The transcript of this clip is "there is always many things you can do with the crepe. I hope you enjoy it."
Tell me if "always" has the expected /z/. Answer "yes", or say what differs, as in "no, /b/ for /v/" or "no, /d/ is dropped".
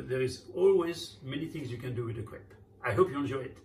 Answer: yes